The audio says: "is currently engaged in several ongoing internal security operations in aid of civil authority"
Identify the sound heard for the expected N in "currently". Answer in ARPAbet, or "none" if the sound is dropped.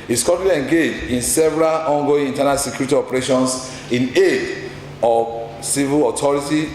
none